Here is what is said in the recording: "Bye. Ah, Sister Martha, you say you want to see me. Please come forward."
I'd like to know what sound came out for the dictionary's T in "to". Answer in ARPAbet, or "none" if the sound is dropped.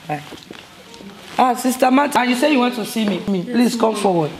S